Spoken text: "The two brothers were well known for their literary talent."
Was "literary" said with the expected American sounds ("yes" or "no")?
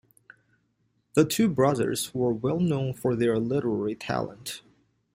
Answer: yes